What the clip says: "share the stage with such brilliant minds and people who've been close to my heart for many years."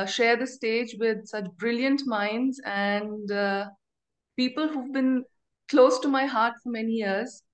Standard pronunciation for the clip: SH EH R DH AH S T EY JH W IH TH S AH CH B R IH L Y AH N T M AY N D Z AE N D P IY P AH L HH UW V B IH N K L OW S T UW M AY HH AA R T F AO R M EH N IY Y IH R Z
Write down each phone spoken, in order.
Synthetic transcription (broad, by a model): SH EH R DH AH S T EY JH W IH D S AH CH B R IH L Y AH N T M AY N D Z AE N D P IY P AH L HH UW V B IH N K L OW S T UW M AY HH AA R T F AO R M EH N IY Y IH R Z